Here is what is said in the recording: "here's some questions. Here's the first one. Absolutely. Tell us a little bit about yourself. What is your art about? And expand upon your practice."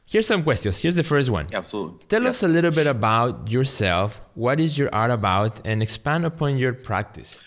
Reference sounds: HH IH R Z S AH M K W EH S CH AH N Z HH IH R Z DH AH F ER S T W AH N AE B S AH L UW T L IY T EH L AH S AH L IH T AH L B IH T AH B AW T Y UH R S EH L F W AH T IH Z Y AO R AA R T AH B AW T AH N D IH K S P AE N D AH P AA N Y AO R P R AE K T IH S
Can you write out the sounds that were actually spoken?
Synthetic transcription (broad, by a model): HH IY R S AH M K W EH S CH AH N S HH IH R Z DH AH F ER S T W AH N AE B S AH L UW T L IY T EH L AH S AH L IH T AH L B IH T AH B AW T Y UH R S EH L F W AH T IH Z Y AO R AA R T AH B AW T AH N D IH K S P AE N D AH P AA N Y AO R P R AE K T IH S